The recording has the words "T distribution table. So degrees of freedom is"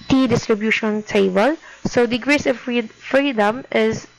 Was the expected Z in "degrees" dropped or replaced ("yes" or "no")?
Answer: yes